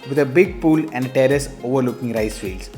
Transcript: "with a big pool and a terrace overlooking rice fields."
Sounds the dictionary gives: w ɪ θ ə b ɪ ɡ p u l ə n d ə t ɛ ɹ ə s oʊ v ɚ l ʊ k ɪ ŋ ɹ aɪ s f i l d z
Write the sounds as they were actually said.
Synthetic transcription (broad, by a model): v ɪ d ə b ɪ ɡ p u l ə n d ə t ɛ ɹ ə s oʊ v ɚ l ʊ k ɪ ŋ ɹ aɪ s f i l d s